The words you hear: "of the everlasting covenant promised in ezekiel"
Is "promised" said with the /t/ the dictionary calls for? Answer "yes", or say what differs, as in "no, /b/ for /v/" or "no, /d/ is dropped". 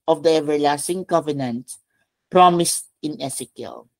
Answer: yes